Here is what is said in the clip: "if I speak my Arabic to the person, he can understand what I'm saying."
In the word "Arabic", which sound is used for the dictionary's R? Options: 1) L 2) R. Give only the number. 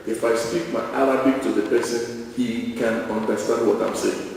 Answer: 1